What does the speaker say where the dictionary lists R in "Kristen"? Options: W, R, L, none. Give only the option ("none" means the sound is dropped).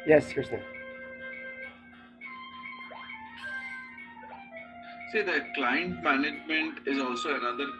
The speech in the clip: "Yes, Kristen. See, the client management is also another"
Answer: none